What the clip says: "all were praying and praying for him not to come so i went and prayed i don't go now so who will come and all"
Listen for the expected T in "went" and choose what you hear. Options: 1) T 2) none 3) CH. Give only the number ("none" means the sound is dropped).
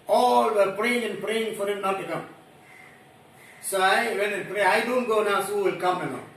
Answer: 2